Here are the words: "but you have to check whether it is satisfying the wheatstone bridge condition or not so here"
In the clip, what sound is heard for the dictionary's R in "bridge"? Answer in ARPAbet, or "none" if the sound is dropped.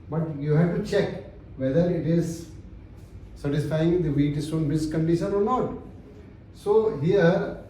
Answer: none